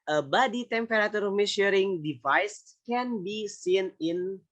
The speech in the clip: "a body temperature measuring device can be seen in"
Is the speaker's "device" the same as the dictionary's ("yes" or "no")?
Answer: yes